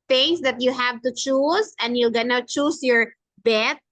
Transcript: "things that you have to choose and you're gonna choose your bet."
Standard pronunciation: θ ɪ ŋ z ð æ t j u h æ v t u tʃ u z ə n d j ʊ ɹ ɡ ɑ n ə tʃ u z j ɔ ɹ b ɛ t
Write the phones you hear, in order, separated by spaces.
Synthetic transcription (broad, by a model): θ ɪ ŋ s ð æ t j u h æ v t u tʃ u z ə n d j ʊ l ɡ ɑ n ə tʃ u s j ɔ ɹ b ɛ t